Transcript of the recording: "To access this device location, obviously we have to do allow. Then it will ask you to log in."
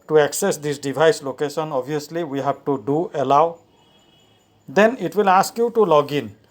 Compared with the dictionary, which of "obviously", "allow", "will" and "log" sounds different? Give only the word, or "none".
obviously